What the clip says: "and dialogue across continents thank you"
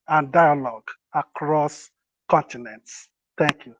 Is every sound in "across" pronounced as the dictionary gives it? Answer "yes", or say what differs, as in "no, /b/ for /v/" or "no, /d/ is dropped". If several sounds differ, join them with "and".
yes